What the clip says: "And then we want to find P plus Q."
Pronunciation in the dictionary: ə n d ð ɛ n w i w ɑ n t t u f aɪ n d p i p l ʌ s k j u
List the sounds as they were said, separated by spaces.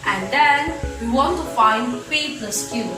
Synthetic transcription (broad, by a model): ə n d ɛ n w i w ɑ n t t u f aɪ n d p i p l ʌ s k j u